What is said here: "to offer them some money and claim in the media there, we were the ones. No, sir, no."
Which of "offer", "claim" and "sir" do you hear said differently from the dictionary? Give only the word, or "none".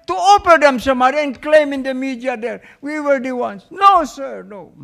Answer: offer